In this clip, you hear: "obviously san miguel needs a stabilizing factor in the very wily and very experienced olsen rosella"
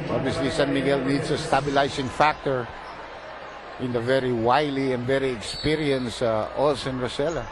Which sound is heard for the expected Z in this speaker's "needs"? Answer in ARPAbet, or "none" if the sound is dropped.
S